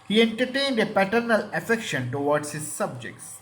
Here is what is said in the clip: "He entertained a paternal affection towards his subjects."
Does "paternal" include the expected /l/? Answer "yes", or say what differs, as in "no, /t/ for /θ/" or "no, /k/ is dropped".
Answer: yes